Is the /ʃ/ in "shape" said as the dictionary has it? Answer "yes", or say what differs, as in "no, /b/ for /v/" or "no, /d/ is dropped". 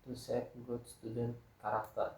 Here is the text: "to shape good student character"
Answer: no, /s/ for /ʃ/